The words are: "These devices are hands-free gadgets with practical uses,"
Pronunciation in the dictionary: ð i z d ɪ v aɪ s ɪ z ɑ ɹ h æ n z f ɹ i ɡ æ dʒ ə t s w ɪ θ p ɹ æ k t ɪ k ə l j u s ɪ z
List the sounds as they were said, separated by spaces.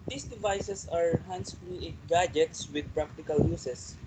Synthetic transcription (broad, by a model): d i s d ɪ v aɪ s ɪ s ɑ ɹ h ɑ n s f l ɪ ɡ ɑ dʒ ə t s w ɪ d p ɹ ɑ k t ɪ k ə l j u s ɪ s